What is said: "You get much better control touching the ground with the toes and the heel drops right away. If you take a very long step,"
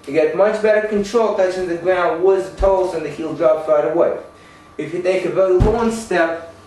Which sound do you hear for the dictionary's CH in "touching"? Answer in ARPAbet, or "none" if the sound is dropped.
S